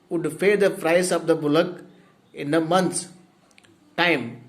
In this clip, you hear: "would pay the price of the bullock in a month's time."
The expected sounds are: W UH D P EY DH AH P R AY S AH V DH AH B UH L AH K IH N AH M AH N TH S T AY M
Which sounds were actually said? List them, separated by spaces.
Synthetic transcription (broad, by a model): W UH D F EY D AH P R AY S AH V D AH B UH L AH K IH N AH M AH N T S T AY M